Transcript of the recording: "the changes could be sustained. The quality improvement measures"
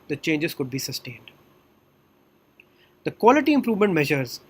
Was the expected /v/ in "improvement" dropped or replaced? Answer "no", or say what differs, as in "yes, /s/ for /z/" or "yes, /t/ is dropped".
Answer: no